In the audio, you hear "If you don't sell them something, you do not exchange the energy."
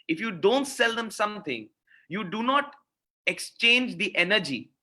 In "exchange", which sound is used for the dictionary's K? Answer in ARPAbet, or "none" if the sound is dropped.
K